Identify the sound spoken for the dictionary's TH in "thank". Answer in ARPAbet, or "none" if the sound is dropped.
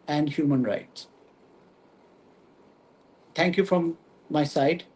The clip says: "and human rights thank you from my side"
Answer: T